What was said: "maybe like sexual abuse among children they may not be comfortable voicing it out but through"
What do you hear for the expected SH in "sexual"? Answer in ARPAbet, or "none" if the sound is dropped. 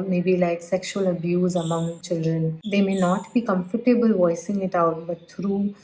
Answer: SH